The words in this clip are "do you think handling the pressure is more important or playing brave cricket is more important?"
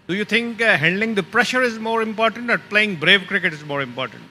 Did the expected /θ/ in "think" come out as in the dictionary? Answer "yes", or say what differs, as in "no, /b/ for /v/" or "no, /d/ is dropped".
no, /t/ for /θ/